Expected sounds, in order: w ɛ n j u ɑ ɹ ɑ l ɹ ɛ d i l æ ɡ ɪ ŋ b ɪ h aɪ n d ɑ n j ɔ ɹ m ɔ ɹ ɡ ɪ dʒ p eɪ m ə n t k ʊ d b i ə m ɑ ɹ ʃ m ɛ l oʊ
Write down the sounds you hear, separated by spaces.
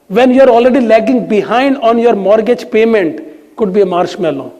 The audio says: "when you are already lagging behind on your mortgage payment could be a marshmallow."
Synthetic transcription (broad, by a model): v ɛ n j u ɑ ɹ ɑ l ɹ ɛ d i l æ ɡ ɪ ŋ b ɪ h aɪ n d ɑ n j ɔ ɹ m ɔ ɹ ɡ ɪ dʒ p eɪ m ə n t k ʊ d b i ə m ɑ ɹ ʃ m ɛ l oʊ